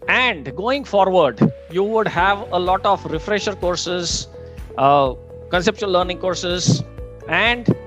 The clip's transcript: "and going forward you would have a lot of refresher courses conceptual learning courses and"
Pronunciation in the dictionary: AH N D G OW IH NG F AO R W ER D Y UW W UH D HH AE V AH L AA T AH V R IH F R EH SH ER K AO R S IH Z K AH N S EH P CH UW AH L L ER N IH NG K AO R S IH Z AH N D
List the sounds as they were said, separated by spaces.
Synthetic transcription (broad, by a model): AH N D G OW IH NG F AO R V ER D Y UW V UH D HH AE V AH L AA T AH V R IH F R EH SH ER K AO R S IH Z K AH N S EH P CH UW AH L L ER N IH NG K AO R S IH Z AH N D